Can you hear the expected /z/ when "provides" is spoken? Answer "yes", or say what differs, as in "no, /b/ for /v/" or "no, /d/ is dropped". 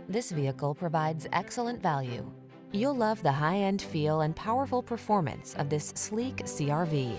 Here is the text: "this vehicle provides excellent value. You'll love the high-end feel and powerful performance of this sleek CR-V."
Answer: yes